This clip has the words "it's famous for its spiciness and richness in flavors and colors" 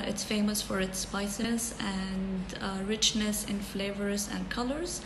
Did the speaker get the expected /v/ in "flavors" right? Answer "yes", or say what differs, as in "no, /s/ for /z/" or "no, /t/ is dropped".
yes